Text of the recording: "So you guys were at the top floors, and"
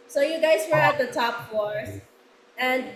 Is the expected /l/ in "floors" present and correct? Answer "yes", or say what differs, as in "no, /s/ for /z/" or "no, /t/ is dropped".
no, /l/ is dropped